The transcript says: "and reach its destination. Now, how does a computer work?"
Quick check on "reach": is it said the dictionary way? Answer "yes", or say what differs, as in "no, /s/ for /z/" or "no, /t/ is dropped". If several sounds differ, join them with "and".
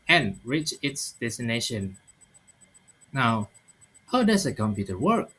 yes